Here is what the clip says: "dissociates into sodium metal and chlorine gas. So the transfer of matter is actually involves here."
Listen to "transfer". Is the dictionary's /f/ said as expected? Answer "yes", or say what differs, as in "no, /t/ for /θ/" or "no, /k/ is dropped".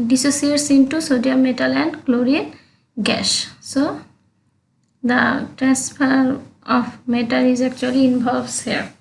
no, /p/ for /f/